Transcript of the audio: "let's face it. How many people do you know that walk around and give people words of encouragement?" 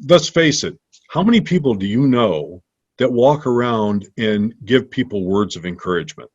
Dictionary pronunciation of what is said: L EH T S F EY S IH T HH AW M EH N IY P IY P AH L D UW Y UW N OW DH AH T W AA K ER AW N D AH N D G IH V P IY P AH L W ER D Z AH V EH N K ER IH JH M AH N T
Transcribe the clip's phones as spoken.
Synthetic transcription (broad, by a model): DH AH T S F EY S IH T HH AW M EH N IY P IY P L D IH Y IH N OW DH AH T W AA K ER AW N D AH N G IH V P IY P L W ER D Z AH V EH N K ER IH JH M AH N T